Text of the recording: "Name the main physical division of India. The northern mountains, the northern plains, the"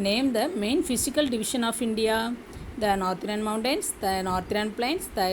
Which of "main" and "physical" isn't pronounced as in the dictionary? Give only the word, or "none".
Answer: physical